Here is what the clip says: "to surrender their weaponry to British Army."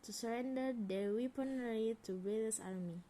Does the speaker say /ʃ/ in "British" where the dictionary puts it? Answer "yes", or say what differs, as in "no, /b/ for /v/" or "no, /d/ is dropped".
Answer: no, /s/ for /ʃ/